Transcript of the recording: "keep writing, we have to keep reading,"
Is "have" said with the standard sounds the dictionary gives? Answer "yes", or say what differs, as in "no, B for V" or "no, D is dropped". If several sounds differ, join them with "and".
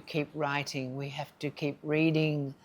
no, F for V